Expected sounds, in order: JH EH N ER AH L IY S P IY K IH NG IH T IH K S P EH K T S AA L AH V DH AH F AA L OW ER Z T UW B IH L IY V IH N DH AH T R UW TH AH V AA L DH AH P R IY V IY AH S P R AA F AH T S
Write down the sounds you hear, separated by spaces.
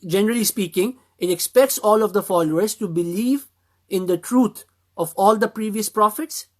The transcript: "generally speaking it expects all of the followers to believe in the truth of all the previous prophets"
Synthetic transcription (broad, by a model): JH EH N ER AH L IY S P IY K IH NG IH T IH K S P EH K T S AA L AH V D AH F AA L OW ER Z T UW B IH L IY V IH N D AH T R UW T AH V AA L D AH P R IY V IY AH S P R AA F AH T S